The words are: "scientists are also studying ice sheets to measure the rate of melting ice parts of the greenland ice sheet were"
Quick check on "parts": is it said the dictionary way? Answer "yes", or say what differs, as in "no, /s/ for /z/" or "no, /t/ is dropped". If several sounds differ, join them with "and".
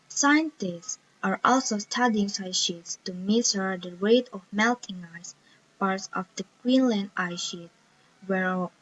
yes